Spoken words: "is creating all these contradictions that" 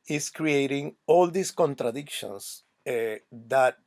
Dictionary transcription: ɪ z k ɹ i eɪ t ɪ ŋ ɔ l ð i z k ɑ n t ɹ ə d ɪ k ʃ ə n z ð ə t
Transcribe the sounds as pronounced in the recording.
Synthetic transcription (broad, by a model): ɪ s k ɹ i eɪ t ɪ ŋ ɔ l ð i s k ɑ n t ɹ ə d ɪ k ʃ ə n s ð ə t